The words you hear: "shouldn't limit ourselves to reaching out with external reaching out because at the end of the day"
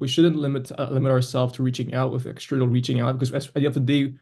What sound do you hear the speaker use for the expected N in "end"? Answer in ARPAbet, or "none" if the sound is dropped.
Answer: none